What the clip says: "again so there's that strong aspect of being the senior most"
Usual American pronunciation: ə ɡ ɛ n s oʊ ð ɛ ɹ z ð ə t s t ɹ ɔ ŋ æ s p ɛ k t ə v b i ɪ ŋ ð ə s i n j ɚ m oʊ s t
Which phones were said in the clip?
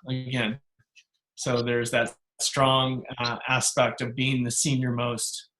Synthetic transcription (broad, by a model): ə ɡ ɛ n s oʊ ð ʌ ɹ z ð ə t s t ɹ ɔ ŋ æ s p ɛ k t ə v b i ɪ ŋ ð ə s i n j ɚ m oʊ s t